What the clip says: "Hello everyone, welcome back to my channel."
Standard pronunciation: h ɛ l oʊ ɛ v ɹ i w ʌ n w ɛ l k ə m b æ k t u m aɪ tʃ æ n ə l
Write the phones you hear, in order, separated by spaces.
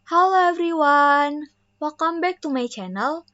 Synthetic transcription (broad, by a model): h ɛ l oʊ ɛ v ɹ i w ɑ n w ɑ k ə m b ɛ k t u m aɪ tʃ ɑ n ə l